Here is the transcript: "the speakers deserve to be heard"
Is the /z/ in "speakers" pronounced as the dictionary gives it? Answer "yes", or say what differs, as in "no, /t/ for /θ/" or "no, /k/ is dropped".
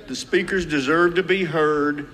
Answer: yes